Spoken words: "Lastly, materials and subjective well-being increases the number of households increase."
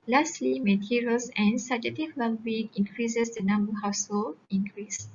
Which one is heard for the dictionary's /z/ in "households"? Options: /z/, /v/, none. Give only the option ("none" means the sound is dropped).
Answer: none